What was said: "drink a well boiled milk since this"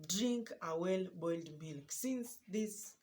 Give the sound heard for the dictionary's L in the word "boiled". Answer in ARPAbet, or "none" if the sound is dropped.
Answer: L